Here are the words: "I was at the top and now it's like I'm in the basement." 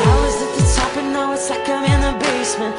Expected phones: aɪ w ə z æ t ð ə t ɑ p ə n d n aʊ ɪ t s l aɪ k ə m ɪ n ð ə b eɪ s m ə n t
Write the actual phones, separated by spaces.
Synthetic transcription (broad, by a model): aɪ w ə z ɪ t ð ə t ɑ p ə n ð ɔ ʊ ɪ t s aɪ k ə m ɪ n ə b eɪ s m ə n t